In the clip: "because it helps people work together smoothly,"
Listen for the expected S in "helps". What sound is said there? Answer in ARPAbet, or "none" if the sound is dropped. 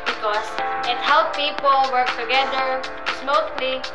none